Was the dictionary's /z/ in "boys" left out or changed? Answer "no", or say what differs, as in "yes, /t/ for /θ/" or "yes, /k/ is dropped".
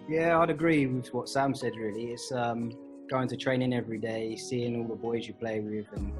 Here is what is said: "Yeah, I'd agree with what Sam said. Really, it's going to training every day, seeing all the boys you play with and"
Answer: no